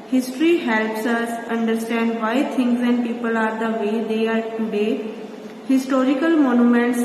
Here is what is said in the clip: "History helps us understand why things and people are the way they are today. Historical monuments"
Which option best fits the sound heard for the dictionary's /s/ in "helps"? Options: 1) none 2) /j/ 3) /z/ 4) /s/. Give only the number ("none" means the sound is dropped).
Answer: 4